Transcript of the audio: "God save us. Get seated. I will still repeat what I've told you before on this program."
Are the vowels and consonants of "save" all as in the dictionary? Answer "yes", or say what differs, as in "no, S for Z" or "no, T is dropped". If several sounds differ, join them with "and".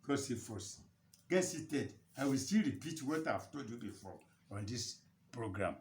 no, F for V